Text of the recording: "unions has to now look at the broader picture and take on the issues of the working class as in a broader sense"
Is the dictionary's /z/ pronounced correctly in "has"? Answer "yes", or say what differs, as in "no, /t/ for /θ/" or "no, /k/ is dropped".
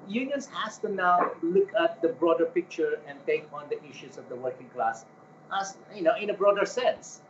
no, /s/ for /z/